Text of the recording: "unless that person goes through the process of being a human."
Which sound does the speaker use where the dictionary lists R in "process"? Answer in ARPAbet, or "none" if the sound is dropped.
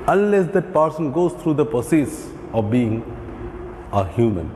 none